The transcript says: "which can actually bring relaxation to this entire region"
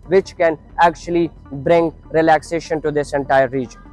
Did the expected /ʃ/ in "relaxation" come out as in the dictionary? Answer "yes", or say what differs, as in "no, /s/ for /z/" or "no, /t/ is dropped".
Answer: yes